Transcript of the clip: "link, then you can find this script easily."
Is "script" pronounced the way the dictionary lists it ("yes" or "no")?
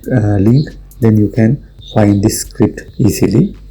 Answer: yes